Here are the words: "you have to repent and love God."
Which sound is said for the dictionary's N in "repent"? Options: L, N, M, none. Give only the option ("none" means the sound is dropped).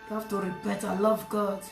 none